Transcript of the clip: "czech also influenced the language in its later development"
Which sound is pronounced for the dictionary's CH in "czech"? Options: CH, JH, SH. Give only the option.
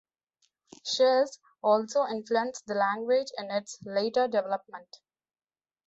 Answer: SH